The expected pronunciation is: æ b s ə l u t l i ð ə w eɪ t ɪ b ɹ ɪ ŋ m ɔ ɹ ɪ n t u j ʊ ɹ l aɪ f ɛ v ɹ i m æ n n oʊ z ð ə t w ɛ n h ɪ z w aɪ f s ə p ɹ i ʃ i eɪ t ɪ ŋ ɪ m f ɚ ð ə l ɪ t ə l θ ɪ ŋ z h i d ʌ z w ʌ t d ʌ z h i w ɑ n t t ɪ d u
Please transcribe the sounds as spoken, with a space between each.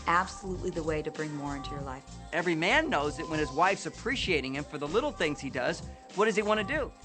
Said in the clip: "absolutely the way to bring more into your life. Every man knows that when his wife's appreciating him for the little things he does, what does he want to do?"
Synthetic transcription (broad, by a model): æ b s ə l u t l i ð ə w eɪ t ɪ b ɹ ɪ ŋ m ɔ ɹ ɪ n t u j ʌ ɹ l aɪ f ɛ v ɹ i m æ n n oʊ z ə t w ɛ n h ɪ z w aɪ f s ə p ɹ i ʃ i eɪ t ɪ ŋ ɪ m f ɚ ð ə l ɪ t l θ ɪ ŋ z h i d ʌ z w ʌ t d ʌ z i w ɑ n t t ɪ d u